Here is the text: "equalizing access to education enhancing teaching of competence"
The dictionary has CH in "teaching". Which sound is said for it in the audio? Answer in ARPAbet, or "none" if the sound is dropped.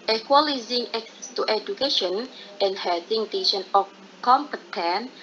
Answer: SH